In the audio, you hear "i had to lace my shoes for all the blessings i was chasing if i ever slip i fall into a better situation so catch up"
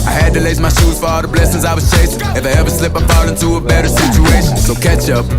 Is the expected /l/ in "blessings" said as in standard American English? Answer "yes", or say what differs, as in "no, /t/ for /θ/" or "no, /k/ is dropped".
yes